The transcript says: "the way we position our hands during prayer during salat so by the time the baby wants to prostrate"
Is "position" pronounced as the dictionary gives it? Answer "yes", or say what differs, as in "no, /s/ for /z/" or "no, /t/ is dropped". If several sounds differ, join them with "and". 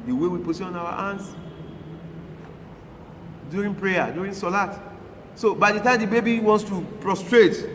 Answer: no, /s/ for /z/ and /ʃ/ is dropped